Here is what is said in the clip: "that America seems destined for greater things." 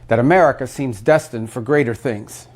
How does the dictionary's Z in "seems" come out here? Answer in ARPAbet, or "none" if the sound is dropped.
Z